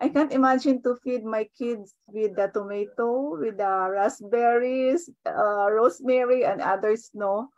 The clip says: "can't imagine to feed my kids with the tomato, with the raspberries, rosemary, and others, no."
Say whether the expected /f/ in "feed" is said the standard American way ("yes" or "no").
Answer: yes